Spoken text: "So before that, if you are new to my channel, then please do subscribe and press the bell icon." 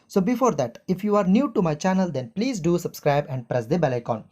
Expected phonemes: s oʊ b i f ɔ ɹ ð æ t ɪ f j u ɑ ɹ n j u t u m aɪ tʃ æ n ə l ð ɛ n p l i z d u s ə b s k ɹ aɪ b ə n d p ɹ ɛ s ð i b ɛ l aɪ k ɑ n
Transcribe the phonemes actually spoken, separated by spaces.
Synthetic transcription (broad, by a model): s oʊ b i f ɔ ɹ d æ t ɪ f j u ɑ ɹ n j u t u m aɪ tʃ æ n ə l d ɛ n p l i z d u s ə b s k ɹ aɪ b ə n d p ɹ ɛ s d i b ɛ l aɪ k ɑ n